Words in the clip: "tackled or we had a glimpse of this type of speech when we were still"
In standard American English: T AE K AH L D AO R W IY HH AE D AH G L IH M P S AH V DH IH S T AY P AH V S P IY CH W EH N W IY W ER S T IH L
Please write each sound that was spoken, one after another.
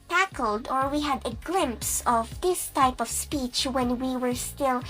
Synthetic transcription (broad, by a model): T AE K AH L D AO R W IY HH AE D AH G L IH M P S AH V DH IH S T AY P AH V S P IY CH W EH N W IY W ER S T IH L